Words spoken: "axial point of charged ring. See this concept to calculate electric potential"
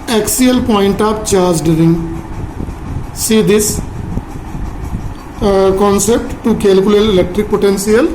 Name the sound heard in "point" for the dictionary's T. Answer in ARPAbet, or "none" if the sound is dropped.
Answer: T